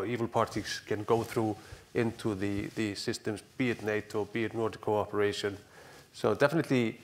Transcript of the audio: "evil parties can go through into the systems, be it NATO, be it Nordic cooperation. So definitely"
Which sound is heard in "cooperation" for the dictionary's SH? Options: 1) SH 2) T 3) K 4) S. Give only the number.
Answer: 1